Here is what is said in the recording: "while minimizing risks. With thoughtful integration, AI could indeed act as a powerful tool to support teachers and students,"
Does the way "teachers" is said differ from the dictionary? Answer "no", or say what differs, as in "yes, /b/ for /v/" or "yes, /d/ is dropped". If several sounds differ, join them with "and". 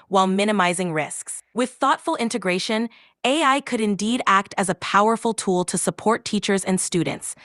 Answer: no